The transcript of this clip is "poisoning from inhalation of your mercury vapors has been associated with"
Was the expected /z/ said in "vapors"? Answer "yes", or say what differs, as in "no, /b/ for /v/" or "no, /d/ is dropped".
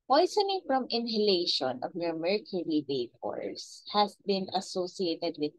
no, /s/ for /z/